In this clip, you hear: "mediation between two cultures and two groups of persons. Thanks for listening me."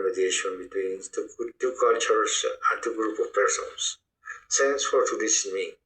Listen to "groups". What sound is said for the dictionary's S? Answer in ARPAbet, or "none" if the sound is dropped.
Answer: none